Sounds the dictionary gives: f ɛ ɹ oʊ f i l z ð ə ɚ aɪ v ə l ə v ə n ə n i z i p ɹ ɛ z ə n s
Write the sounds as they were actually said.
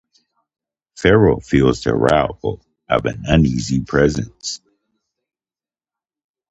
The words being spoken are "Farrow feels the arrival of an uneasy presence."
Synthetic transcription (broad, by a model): f ɛ ɹ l f i l z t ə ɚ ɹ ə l ə v ə n ə n i z i p ɹ ɛ z ə n s